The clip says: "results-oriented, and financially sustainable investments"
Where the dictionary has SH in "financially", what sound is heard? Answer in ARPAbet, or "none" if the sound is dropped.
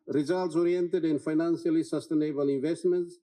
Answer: S